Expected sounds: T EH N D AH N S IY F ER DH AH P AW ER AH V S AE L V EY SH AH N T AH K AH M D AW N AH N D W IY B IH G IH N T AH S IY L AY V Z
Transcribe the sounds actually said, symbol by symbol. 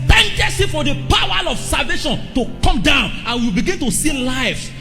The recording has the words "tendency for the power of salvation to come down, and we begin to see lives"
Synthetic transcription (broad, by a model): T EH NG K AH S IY F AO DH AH P AW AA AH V S AE L V EY SH AH N T AH K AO M D AW N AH N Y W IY B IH G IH N T AH S IY L AY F